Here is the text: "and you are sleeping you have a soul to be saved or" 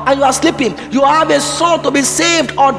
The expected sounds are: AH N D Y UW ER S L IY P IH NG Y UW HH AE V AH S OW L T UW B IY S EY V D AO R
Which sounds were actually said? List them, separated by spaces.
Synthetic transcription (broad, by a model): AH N Y UW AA S L IY P IH NG Y UW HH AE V AH S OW T UW B IY S EY V D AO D